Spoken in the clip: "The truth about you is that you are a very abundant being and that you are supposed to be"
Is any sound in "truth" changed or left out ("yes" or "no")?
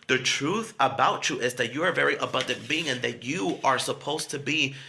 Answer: no